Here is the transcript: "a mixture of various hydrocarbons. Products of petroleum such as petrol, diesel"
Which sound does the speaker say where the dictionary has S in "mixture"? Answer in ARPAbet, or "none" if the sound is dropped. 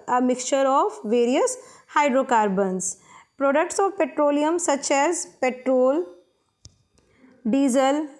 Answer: S